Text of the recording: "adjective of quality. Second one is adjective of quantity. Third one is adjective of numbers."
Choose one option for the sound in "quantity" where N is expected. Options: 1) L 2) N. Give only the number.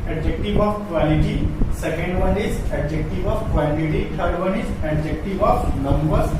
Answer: 1